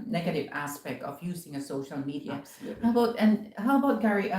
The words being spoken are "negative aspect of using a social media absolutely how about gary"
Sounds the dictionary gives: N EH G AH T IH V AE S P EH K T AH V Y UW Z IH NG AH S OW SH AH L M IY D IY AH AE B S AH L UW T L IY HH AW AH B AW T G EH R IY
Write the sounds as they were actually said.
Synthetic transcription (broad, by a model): N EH G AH T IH V AE S P EH K T AH V Y UW Z IH NG AH S OW SH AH L M IY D IY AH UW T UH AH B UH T IY HH AW AH B AW T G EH R IY